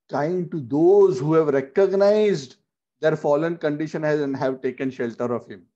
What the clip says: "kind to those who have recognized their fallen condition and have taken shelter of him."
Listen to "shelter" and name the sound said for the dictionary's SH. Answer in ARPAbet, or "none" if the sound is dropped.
SH